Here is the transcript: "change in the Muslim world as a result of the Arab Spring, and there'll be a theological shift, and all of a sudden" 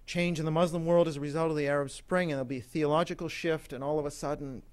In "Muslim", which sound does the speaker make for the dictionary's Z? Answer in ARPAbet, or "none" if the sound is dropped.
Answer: Z